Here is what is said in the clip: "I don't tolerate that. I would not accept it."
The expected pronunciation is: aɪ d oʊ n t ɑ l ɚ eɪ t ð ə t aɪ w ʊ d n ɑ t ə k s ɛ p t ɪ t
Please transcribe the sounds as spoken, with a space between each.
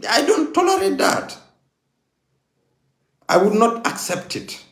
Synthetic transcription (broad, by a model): aɪ d oʊ n t ɑ l ɚ eɪ t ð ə t aɪ w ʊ d n ɑ t ə k s ɛ p t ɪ t